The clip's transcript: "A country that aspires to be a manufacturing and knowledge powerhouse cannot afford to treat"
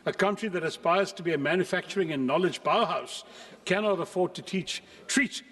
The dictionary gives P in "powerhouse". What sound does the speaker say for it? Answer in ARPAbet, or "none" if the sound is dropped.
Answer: B